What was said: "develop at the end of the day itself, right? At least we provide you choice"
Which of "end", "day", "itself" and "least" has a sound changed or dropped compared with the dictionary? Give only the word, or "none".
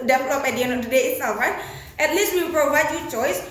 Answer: end